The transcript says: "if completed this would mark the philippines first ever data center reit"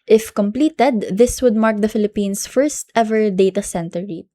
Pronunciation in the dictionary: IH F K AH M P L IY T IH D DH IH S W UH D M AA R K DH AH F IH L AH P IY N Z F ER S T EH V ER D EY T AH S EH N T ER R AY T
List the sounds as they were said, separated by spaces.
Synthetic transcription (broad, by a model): IH F K AH M P L IY T IH D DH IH S W UH D M AA R K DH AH F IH L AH P IY N S F ER S T EH V ER D EY T AH S EH N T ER R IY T